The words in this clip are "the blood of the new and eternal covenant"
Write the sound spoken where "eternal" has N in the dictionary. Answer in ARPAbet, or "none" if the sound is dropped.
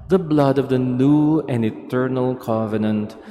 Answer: N